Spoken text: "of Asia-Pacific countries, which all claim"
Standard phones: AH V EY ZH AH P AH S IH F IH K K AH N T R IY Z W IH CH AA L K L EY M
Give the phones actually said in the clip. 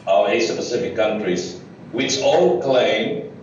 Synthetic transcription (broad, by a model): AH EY S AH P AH S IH F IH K K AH N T R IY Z W IH CH AA L K L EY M